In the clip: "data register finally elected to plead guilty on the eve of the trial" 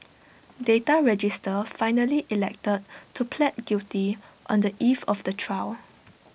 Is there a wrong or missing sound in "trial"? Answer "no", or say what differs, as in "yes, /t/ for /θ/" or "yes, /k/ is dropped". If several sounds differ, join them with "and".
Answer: yes, /w/ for /l/